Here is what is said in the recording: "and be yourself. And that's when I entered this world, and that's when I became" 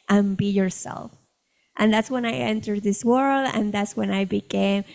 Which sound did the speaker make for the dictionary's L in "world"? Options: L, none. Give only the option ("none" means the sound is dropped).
L